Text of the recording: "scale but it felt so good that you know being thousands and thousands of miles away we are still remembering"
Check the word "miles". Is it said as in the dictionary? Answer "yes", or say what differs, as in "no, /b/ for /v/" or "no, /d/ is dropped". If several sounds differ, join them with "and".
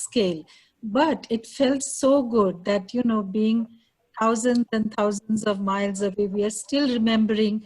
yes